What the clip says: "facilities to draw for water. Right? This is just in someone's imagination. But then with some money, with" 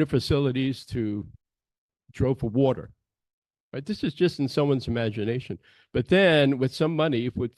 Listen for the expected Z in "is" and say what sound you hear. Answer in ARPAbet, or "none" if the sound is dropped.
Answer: Z